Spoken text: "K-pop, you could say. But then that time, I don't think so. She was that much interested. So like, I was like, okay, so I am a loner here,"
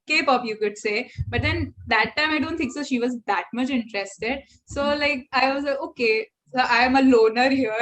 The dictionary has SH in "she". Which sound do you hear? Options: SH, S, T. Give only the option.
SH